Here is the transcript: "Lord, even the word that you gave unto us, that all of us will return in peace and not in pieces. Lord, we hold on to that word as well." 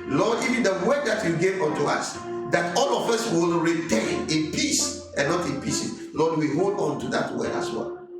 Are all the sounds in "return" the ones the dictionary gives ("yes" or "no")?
no